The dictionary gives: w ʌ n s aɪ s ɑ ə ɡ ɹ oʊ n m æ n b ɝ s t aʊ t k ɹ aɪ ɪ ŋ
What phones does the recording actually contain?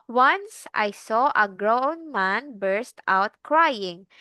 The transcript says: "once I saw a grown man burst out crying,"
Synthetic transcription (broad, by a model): w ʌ n s aɪ s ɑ ə ɡ ɹ oʊ n m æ n b ɝ s t aʊ t k ɹ aɪ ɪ ŋ